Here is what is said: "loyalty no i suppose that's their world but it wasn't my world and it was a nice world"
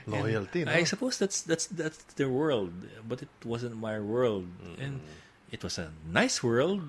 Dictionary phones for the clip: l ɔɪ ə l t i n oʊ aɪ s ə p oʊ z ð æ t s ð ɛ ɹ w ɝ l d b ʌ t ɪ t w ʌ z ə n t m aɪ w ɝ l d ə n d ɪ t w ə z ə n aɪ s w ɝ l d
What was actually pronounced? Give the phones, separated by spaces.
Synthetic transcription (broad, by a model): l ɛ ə l t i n aɪ s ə p oʊ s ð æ t s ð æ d w ɝ l d b ʌ t ɪ t w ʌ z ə n t m aɪ w ɝ l d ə n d ɪ t w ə s ə n aɪ s w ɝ l d